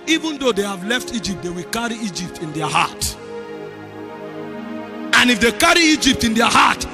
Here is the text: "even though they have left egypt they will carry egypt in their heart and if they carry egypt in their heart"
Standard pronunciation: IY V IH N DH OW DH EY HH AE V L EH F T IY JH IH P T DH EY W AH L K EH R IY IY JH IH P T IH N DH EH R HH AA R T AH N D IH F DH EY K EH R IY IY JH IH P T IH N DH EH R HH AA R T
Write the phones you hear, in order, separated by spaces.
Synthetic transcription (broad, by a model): IY V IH N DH OW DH EY HH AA V L EH F T IY JH IH P T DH EY W AH L K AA R IY IY JH IH P T IH N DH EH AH HH AA T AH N IH F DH EY K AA R IY IY JH IH P T IH N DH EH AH HH AA T